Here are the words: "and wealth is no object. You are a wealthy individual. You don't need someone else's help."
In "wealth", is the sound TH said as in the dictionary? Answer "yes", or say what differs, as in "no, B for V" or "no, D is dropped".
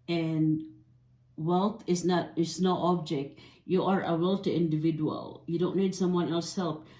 no, T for TH